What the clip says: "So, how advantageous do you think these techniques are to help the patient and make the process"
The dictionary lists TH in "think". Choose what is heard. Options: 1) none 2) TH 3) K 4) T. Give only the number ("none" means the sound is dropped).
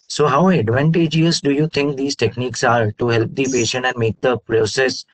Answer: 4